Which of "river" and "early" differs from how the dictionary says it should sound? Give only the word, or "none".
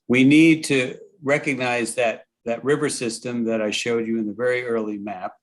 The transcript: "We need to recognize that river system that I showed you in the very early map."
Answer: none